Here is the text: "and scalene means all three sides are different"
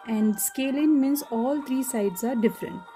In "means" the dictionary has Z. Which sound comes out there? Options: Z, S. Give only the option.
S